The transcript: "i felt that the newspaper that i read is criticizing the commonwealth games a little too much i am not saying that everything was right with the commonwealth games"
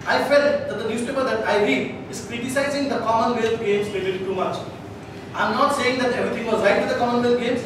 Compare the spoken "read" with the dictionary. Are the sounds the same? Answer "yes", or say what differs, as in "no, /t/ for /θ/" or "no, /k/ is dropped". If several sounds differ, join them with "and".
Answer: no, /d/ is dropped